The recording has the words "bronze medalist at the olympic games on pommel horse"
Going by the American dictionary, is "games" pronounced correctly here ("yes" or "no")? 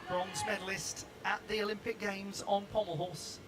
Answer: yes